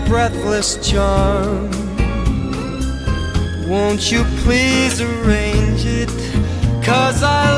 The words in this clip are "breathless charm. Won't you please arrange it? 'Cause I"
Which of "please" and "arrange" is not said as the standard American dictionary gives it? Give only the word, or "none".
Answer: none